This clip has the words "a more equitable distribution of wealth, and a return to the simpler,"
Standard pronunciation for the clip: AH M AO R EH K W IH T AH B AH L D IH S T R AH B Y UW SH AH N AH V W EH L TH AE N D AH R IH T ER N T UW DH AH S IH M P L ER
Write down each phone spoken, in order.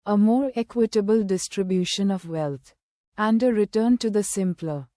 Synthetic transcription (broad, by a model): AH M AO R EH K W IH T AH B AH L D IH S T R AH B Y UW SH AH N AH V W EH L T AE N D AH R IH T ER N T UW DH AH S IH M P L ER